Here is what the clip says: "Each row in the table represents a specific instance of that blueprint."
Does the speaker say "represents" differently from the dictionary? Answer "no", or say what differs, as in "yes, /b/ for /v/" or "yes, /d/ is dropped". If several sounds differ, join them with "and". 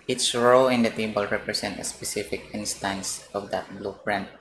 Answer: yes, /s/ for /z/ and /s/ is dropped